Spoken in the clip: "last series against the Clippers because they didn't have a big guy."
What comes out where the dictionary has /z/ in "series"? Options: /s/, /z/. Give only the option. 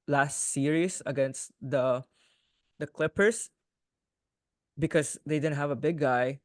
/s/